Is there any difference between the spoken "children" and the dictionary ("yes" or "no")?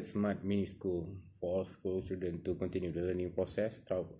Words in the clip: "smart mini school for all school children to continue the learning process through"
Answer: yes